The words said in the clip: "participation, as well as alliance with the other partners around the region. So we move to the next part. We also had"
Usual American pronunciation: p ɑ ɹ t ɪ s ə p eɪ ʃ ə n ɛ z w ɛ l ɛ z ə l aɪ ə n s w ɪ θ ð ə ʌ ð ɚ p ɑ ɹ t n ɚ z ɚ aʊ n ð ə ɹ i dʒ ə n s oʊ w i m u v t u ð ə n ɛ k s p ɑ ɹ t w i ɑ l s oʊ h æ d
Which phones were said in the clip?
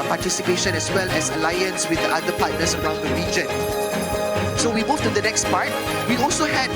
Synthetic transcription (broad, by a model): p ɑ t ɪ s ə p eɪ ʃ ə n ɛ s w ɛ l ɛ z ə l aɪ ə n s w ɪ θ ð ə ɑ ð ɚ p ɑ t n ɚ s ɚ aʊ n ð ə ɹ i dʒ ə n s oʊ w i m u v t u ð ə n ɛ k s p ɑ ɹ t w i ɑ l s oʊ h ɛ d